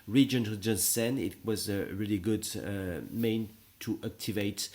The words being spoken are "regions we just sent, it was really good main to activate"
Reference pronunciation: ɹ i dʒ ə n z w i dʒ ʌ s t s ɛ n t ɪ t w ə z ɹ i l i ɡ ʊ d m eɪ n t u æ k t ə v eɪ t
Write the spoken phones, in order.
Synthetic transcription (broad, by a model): ɹ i dʒ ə n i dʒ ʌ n s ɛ n ɪ t w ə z ɹ i l i ɡ ʊ d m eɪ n t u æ k t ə v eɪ t